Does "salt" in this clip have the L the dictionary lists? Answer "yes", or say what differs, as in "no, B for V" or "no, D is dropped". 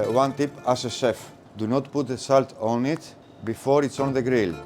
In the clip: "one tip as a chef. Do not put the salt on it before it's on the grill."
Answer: yes